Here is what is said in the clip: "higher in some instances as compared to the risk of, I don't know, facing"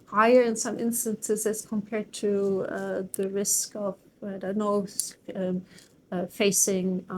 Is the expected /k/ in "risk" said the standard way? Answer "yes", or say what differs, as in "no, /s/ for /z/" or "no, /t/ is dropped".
yes